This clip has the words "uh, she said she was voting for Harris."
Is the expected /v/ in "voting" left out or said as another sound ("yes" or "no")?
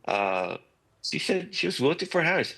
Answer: yes